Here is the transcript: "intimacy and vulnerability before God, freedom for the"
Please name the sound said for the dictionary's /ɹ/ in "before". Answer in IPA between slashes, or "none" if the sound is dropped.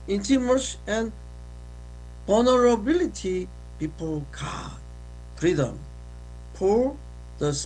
/l/